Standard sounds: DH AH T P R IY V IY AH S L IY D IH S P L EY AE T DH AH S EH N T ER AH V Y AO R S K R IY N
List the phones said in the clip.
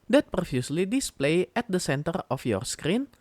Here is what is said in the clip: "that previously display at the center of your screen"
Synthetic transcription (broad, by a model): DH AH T P R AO F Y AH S L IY D IH S P L EY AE T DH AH S EH N T ER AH F Y AO R S K R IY N